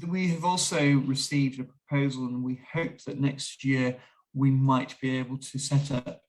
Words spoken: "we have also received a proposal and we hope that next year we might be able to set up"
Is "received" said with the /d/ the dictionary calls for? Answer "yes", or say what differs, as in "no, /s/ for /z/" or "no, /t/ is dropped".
yes